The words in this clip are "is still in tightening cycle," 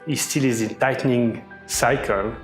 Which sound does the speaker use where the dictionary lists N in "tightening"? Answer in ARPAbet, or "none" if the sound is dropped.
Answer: N